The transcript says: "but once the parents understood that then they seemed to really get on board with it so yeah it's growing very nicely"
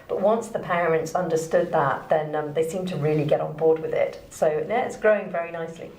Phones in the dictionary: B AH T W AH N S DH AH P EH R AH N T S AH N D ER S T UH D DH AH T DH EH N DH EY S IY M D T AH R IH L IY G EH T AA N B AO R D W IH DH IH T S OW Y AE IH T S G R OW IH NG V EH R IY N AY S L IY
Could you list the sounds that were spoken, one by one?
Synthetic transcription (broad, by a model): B AH T W AH N S DH AH P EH R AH N T S AH N D ER S T UH D DH AH T DH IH N DH EY S IY M T AH R IH L IY G EH T N B AO R D W IH DH IH T S OW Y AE IH T S G R OW IH NG V EH R IY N AY S L IY